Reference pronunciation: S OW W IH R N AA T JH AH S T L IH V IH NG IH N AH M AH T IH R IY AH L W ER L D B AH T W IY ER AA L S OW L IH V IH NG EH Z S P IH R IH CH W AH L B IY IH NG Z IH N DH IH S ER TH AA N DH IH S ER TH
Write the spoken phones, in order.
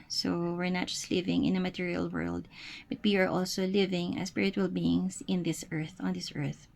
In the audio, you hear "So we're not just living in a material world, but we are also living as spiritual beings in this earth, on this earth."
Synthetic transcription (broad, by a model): S OW W IH R N AA T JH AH S T L IH V IH NG IH N AH M AH T IH R IY AH L W ER L D B AH T W IY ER AA L S OW L IH V IH NG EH S P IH R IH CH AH L B IY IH NG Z IH N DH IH S ER TH AA N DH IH S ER TH